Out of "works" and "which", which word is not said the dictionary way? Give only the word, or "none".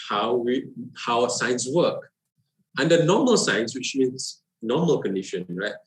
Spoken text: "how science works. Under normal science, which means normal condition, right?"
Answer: works